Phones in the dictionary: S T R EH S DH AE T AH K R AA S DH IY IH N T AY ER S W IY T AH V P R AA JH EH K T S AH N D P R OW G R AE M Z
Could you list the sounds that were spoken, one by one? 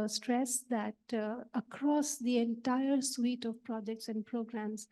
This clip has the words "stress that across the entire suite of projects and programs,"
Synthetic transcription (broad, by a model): S T R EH S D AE T AH K R AA S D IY IH N T AY ER S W IY T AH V P R AA JH EH K T S AH N D P R OW G R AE M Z